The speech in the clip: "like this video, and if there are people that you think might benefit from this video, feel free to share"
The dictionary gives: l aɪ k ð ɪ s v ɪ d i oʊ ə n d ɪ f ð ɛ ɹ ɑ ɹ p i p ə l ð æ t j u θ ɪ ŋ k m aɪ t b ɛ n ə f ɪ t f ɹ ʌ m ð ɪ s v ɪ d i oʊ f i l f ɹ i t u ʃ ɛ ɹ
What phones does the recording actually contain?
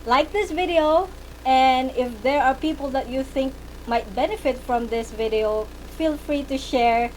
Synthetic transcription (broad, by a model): l aɪ k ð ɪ s v ɪ d i oʊ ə n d ɪ f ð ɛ ɹ ɑ ɹ p i p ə l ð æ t j u θ ɪ ŋ k m aɪ t b ɛ n ə f ɪ t f ɹ ʌ m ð ɪ s v ɪ d i oʊ f i l f ɹ i t u ʃ ɛ ɹ